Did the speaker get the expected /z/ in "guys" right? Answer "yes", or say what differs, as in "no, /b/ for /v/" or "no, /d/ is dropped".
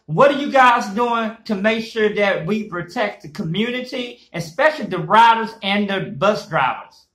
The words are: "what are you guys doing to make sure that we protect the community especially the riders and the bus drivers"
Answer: yes